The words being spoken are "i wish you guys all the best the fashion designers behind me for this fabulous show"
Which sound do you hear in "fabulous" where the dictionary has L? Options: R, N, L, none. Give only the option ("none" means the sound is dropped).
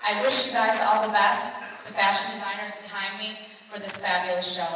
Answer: none